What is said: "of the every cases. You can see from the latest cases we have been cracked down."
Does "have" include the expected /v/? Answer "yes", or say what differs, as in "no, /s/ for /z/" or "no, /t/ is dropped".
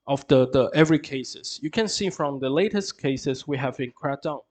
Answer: yes